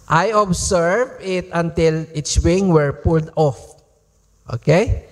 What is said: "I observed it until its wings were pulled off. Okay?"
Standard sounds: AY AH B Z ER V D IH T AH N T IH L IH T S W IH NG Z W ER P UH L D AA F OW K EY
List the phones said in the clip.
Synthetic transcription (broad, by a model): AY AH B S ER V IH T AH N T IH L IH T S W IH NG W ER P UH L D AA F OW K EY